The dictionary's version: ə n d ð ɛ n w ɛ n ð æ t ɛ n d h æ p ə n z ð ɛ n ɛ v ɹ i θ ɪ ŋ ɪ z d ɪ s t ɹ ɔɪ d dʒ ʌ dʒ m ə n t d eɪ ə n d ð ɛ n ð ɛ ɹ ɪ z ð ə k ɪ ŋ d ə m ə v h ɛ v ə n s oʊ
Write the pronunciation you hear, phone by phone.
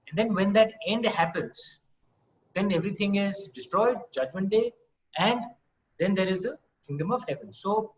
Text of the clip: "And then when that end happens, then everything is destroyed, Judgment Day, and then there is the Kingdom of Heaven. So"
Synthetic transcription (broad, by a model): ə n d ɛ n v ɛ n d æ t ɛ n d h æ p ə n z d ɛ n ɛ v ɹ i t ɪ ŋ ɪ z d ɪ s t ɹ ɔɪ d dʒ ʌ dʒ m ə n t d eɪ ə n d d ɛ n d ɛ ɹ ɪ z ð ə k ɪ ŋ d ə m ə v h ɛ v ə n s oʊ